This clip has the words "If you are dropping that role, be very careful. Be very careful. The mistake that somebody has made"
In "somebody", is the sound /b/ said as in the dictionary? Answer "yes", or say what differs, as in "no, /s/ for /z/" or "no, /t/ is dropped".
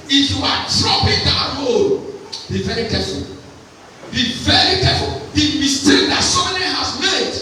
no, /b/ is dropped